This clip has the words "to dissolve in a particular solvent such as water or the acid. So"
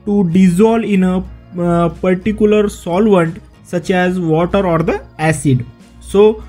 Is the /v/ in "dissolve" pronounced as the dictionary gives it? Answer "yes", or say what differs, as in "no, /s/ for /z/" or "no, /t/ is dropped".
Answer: no, /v/ is dropped